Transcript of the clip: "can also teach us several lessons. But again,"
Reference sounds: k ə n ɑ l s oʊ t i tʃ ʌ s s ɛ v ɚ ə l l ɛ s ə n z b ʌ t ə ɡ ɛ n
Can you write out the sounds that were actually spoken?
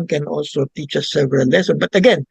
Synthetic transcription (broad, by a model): k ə n ɑ l s oʊ t i tʃ ʌ s s ɛ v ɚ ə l l ɛ s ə n b ʌ t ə ɡ ɛ n